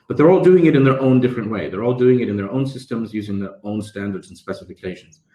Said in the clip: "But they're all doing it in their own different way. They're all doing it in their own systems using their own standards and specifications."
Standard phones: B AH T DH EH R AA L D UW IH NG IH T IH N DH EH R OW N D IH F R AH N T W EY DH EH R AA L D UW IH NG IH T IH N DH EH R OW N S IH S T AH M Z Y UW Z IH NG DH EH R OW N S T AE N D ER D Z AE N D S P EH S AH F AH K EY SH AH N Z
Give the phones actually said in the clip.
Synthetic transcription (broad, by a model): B AH T DH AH R AA L D UW IH NG IH T IH N DH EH R OW N D IH F R AH N T W EY DH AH R AA L D UW IH NG IH T IH N DH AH R OW N S IH S T AH M Z Y UW Z IH NG DH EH R OW N S T AE N D ER D Z N S P EH S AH F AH K EY SH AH N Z